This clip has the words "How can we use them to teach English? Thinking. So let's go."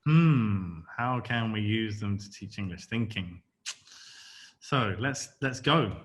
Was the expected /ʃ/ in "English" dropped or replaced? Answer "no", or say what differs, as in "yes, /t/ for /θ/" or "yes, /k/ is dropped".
no